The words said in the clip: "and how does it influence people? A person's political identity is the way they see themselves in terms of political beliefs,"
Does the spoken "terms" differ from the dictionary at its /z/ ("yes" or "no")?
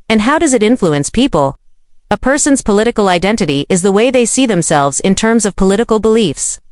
no